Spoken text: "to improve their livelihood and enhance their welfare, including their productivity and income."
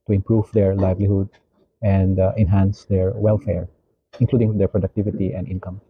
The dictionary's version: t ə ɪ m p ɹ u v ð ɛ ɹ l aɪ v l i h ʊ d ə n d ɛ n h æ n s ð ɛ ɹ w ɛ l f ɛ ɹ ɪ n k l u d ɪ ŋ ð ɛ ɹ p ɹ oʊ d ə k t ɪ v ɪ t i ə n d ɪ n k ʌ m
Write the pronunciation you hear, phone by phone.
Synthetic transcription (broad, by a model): t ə ɪ m p ɹ u v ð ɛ ɹ l aɪ v l i h ʊ d ə n d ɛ n h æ n s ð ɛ ɹ w ɛ l f ɛ ɹ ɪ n k l u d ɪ ŋ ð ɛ ɹ p ɹ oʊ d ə k t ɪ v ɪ t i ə n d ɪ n k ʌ m